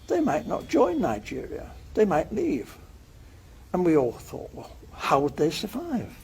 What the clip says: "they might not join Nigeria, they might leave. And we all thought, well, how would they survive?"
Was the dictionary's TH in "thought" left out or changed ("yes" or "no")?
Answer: no